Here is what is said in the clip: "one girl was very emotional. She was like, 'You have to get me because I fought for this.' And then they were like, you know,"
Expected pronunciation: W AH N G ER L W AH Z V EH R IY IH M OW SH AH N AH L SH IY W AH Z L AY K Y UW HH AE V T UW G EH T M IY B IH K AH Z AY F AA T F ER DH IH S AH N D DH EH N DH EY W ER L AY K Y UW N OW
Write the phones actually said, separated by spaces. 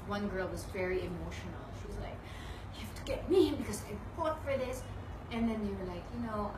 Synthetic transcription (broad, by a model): W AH N G ER L W AH Z V EH R IY IH M OW SH AH N AH L SH IY W AH Z L AY K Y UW HH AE F T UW G EH T M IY B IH K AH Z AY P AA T F ER DH IH S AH N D DH EH N DH EY W ER L AY K Y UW N OW